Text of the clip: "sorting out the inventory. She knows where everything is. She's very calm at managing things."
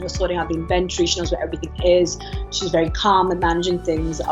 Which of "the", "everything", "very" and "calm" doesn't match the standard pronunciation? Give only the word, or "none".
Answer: none